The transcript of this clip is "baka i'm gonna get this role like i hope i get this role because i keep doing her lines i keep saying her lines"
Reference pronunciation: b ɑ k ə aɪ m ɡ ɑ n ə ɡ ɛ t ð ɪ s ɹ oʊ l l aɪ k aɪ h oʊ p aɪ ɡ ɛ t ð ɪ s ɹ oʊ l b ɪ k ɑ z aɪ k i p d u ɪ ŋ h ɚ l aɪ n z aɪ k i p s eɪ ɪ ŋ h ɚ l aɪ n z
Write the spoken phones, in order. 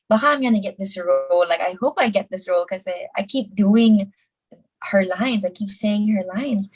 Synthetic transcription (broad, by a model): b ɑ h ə aɪ m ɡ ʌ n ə ɡ ɛ t ð ɪ s ɹ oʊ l l aɪ k aɪ h oʊ p aɪ ɡ ɛ t ð ɪ s ɹ oʊ l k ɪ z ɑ aɪ k i p d u ɪ ŋ h ɚ l aɪ n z aɪ k i p s eɪ ɪ ŋ h ɚ l aɪ n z